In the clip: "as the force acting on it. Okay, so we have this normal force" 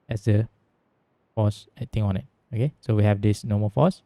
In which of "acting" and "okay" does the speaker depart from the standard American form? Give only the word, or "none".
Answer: acting